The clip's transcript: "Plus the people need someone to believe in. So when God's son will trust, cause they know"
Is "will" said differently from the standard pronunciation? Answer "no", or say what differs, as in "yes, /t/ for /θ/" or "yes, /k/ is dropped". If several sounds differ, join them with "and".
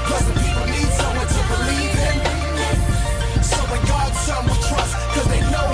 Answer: yes, /n/ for /l/